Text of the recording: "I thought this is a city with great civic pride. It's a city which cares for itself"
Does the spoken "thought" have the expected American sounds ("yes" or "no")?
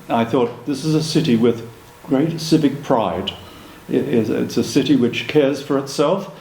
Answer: yes